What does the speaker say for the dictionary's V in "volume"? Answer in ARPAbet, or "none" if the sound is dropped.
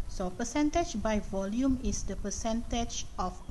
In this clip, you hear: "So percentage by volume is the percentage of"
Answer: V